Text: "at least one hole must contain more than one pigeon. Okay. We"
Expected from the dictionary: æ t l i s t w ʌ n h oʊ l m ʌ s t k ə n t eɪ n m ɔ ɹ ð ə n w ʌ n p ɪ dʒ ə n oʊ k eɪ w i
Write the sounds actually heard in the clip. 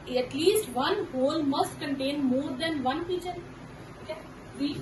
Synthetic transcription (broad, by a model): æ t l i s t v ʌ n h oʊ l m ʌ s t k ə n t eɪ n m ɔ ɹ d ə n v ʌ n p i tʃ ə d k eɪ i